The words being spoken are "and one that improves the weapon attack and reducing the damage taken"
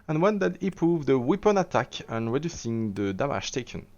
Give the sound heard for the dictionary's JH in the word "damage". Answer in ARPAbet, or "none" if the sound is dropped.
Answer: SH